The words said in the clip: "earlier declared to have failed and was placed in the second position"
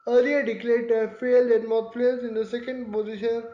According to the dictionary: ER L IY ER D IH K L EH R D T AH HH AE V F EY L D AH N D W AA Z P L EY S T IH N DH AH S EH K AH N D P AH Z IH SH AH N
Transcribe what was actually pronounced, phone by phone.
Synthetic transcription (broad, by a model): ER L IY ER D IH K L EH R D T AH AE F EY L D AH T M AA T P L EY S IH N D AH S EH K AH N D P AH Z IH SH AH N